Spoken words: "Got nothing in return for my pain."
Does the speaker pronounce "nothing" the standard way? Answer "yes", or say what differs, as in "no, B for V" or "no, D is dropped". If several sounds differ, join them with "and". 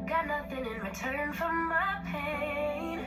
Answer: yes